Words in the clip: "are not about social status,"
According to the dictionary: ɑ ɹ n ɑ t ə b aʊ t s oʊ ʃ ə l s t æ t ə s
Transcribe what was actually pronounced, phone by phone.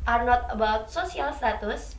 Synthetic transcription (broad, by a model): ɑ ɹ n ɑ t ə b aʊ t s oʊ s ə l s t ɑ t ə s